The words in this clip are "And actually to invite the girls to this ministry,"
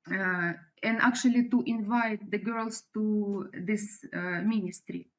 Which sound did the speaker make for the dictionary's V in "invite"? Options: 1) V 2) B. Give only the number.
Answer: 1